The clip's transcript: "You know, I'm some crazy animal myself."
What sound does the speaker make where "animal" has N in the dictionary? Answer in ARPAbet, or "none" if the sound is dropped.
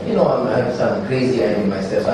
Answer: none